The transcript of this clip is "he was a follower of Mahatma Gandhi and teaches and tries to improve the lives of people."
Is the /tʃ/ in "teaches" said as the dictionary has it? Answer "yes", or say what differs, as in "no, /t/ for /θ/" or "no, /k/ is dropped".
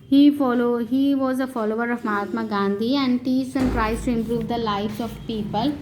no, /s/ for /tʃ/